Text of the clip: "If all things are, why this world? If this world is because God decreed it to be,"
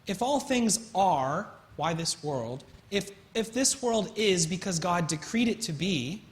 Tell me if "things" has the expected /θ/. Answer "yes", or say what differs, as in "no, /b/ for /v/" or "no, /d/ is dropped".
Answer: yes